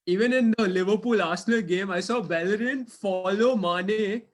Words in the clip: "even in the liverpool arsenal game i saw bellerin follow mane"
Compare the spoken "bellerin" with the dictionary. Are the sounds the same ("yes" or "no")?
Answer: yes